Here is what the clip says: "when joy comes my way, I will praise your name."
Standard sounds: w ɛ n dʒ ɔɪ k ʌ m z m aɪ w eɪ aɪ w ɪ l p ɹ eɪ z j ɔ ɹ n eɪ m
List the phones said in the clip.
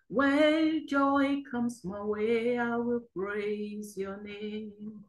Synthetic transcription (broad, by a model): w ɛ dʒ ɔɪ k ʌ m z m aɪ w eɪ aɪ w ɪ l p ɹ eɪ z j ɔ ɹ n eɪ m